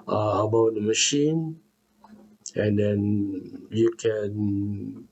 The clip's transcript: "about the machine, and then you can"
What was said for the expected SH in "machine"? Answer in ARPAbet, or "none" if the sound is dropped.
SH